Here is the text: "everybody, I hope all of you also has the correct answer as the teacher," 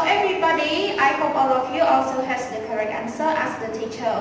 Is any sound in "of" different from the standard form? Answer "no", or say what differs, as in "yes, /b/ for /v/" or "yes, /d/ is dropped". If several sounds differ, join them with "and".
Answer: yes, /f/ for /v/